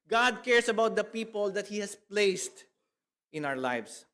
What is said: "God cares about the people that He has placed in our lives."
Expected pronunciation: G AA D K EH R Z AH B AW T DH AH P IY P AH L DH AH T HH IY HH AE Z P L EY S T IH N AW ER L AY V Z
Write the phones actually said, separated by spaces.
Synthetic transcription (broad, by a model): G AA D K EH R S AH B AW T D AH P IY P AH L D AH T HH IY HH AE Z P L EY S T IH N AW ER L AY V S